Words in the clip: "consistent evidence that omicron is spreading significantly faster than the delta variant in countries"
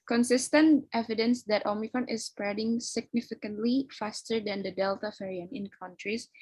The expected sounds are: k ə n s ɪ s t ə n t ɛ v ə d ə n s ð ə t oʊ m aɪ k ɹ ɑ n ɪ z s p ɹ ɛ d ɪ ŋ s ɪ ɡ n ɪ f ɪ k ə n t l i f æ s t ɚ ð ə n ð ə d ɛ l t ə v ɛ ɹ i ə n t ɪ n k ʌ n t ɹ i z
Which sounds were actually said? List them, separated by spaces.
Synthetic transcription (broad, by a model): k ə n s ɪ s t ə n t ɛ v ə d ə n s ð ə t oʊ m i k ɹ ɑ n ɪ s p ɹ ɛ d ɪ ŋ s ɪ ɡ n ɪ f ɪ k ə n t l i f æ s t ɚ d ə n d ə d ɛ l t ə f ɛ ɹ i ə n ɪ n k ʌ n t ɹ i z